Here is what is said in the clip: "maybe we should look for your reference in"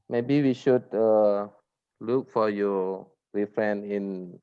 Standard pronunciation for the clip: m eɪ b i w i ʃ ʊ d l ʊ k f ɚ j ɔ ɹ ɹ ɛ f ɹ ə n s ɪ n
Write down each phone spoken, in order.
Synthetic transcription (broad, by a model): m eɪ b i w i ʃ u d l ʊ k f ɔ j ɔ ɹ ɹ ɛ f ɹ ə n ɪ n